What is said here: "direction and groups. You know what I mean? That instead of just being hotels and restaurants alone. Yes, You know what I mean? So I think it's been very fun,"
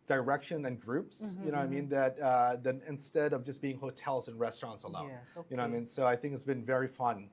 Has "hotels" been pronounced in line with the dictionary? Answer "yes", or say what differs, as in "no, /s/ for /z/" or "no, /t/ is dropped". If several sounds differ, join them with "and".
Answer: yes